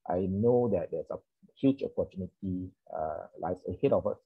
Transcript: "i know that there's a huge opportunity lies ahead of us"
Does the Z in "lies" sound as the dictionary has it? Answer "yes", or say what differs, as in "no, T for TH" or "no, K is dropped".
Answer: no, S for Z